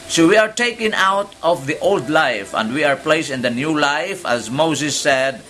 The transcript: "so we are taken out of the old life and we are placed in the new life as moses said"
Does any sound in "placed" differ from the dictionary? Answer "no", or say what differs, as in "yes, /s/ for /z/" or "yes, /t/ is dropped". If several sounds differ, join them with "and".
yes, /t/ is dropped